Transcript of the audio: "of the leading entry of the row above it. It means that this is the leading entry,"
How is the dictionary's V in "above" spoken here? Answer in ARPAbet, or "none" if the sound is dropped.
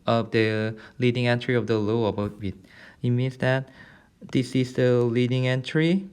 W